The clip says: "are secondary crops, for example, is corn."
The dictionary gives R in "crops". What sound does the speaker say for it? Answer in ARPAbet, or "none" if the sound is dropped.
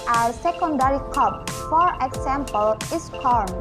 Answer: none